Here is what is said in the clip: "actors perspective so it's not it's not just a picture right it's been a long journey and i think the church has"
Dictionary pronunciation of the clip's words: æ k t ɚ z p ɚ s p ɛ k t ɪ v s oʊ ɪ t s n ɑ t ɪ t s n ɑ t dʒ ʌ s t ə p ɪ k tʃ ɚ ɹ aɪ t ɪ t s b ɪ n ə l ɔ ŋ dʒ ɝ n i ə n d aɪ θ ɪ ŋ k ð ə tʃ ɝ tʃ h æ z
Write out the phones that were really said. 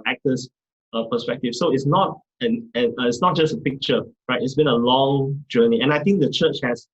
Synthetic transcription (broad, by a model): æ k t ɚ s p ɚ s p ɛ k t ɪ f s oʊ ɪ t s n ɑ t ɪ t s n ɑ t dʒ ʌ s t ə p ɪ k tʃ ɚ ɹ aɪ t ɪ t s b ɪ n ə l ɔ ŋ dʒ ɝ n i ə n aɪ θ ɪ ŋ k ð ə tʃ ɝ tʃ h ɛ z